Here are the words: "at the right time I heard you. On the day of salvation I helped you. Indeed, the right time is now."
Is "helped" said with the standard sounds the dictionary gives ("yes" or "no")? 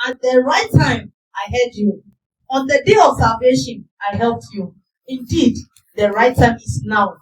yes